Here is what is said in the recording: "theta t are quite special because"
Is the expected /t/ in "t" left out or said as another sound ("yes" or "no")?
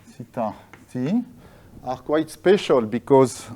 yes